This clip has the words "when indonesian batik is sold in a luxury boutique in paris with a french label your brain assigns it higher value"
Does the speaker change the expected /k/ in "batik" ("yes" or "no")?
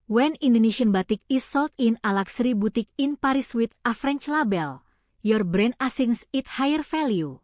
no